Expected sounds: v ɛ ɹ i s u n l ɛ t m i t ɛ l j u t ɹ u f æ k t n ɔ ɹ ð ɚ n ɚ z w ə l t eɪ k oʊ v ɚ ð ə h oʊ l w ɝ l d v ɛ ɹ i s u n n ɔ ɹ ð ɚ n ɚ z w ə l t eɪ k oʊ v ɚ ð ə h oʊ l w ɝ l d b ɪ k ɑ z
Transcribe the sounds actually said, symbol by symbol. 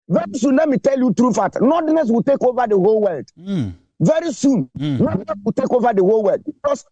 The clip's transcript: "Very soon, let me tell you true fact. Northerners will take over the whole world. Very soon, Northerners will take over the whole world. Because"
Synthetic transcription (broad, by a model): v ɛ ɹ i s u n l ɛ t m i t ɛ l j u t ɹ u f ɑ t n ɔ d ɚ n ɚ s w ə l t eɪ k oʊ v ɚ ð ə h oʊ l w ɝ l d v ɛ ɹ i s u n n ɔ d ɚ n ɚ s w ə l t eɪ k oʊ v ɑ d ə h oʊ l w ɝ l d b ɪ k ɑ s